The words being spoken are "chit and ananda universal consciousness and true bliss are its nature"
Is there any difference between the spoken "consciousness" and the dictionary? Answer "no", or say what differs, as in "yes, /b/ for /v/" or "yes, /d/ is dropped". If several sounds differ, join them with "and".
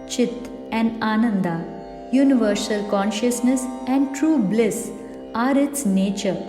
no